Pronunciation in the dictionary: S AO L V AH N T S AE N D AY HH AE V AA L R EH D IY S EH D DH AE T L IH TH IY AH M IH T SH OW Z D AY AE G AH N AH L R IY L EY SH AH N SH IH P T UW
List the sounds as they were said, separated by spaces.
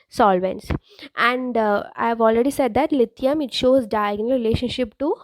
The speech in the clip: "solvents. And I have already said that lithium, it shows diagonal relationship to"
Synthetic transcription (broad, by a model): S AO L V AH N T S AE N D AY HH AE V AA L R EH D IY S EH D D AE T L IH T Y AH M IH T SH OW Z D AY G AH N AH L R IY L EY SH AH N SH IH P T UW